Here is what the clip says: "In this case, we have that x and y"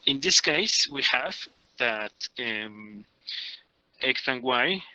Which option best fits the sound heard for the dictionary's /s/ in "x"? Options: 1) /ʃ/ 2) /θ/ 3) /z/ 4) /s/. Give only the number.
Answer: 2